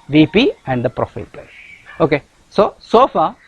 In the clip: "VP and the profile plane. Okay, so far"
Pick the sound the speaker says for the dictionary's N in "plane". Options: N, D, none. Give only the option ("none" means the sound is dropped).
none